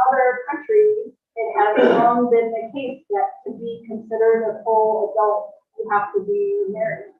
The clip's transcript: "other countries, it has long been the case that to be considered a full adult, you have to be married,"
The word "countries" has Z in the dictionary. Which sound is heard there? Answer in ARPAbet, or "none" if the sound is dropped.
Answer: none